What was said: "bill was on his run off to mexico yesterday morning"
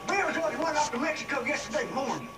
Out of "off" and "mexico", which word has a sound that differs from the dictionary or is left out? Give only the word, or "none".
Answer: off